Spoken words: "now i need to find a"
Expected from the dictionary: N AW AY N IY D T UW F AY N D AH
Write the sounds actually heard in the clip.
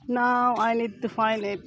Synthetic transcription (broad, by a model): N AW AY N IY D T UW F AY N AH